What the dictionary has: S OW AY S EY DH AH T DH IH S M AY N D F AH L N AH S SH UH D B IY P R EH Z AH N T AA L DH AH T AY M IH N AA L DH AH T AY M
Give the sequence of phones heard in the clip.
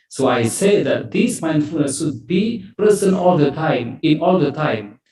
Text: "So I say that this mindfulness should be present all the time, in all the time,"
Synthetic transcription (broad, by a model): S OW AY S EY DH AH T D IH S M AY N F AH N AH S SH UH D B IY P R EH S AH N AA L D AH T AY M IH N AA L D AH T AY M